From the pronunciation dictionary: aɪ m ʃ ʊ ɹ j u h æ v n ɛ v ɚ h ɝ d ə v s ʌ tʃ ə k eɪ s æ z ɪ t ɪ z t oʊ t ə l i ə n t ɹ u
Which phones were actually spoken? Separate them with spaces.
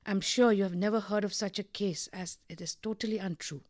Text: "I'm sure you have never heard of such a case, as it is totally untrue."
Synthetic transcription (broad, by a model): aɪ m ʃ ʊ ɹ j u h æ v n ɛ v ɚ h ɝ d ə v s ʌ tʃ ə k eɪ s æ z ɪ t ɪ z t oʊ t ə l i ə n t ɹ u